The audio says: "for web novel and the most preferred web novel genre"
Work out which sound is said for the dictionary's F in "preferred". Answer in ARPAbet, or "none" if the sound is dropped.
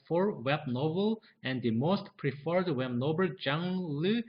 F